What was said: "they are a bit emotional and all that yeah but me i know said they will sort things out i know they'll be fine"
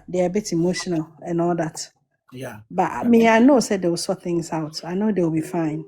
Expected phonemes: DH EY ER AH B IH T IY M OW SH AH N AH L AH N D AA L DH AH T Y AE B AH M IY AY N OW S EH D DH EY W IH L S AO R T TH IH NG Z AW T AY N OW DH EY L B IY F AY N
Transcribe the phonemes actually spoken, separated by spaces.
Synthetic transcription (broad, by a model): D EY AH B IH T IY M OW SH AH N AH L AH N AA L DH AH T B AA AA M IY AY N OW S EH D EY W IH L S AO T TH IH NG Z AW T AY N OW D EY W B IY F AY N